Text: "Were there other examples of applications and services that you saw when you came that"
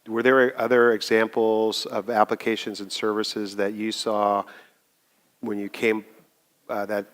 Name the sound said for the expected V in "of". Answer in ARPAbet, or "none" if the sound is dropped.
V